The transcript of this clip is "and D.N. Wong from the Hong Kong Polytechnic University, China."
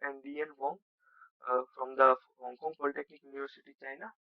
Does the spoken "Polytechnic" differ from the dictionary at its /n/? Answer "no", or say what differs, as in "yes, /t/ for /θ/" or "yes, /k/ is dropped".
yes, /n/ is dropped